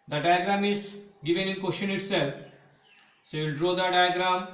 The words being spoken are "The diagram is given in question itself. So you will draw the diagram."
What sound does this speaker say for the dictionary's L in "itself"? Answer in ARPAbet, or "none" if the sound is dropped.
L